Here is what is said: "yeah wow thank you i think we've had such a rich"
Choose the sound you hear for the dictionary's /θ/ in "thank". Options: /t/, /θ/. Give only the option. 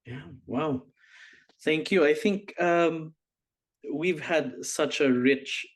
/θ/